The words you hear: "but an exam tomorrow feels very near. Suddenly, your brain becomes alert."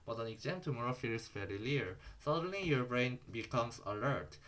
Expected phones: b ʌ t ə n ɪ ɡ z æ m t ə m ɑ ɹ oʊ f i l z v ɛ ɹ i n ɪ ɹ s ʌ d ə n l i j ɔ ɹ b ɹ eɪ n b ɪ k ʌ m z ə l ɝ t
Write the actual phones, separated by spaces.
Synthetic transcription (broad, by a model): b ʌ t ə n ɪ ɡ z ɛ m t ə m ɑ ɹ oʊ f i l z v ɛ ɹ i l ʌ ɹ s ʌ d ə n l i j ɔ ɹ b ɹ eɪ n b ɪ k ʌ m s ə l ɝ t